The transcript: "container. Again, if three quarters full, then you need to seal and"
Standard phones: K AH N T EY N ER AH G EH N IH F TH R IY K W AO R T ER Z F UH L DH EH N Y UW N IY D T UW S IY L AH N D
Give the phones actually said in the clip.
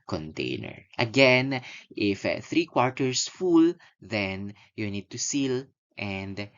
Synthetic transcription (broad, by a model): K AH N T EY N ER AH G EH N IH F TH R IY K W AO R T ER S F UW L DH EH N Y UW N IY D T UW S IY L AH N D